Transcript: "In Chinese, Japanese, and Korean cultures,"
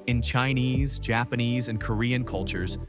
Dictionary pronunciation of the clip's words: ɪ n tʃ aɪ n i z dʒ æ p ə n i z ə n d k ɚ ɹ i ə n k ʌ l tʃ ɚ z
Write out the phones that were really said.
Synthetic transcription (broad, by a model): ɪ n tʃ aɪ n i z dʒ æ p ə n i z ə n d k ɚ ɹ i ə n k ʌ l tʃ ɚ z